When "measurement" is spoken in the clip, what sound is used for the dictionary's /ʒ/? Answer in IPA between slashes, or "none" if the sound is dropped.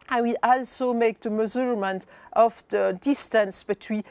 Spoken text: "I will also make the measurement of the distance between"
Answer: /z/